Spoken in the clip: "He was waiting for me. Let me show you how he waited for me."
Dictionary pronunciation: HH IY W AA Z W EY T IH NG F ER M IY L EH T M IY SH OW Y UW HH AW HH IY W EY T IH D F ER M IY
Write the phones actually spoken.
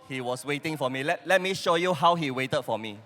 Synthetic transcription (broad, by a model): HH IY W AA S W EY T IH NG F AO M IY L EH T M IY SH OW Y UW HH AW HH IY W EY T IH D F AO M IY